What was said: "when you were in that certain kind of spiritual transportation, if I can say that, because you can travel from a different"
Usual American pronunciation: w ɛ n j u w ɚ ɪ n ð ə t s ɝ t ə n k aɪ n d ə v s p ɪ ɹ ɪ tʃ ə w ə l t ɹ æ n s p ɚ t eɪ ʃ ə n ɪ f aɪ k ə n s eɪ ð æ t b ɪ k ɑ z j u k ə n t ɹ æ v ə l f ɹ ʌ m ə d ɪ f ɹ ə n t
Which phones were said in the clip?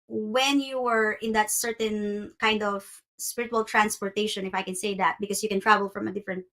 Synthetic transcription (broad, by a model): w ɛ n j u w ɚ ɪ n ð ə t s ɝ t ə n k aɪ n d ə v s p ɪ ɹ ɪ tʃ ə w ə l t ɹ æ n s p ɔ t eɪ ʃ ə n ɪ f aɪ k ə n s eɪ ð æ t b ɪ k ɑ s j u k ə n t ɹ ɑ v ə l f ɹ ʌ m ə d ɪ f ɹ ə n t